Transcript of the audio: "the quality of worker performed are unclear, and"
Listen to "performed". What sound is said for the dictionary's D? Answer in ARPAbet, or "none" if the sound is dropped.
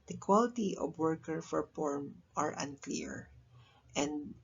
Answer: none